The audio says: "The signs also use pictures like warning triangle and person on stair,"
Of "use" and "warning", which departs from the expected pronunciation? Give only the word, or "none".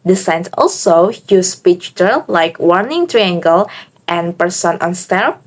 none